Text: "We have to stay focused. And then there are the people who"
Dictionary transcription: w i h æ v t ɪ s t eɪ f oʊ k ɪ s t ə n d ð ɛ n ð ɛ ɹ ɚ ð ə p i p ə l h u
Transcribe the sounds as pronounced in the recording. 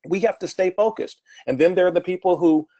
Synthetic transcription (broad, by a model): w i h æ f t ɪ s t eɪ f oʊ k ɪ s t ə n ð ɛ n ð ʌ ɹ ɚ ð ə p i p l h u